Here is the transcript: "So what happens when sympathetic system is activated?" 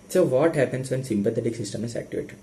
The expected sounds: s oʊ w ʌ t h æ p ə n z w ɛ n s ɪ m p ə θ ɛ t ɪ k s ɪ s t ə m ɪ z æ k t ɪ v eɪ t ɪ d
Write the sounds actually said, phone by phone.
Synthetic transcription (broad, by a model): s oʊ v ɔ t h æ p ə n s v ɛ n s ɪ m p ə t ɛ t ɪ k s ɪ s t ə m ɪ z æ k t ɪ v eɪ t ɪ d